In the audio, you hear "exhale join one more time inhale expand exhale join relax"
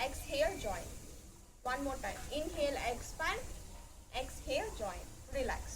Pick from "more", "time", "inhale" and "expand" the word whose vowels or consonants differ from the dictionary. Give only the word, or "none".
expand